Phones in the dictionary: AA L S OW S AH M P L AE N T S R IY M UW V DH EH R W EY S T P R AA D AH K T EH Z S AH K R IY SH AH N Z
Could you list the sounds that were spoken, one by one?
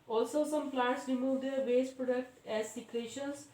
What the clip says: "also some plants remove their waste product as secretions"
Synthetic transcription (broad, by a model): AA L S OW S AH M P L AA T S R IY M UW V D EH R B EY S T P R AA D AH K T EH Z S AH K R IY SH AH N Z